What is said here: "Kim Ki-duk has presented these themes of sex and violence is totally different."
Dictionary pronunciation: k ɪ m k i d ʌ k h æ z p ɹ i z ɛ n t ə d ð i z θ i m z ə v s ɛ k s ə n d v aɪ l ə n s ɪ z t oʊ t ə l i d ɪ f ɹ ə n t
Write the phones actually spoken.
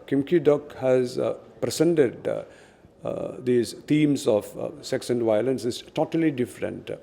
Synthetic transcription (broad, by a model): k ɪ m k i d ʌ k h æ z p ɹ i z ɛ n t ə d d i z t i m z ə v s ɛ k s ə n d v aɪ l ə n s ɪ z t oʊ t ə l i d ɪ f ɹ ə n t